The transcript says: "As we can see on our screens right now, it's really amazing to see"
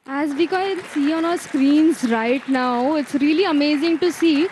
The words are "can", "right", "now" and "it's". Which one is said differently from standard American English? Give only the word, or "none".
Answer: can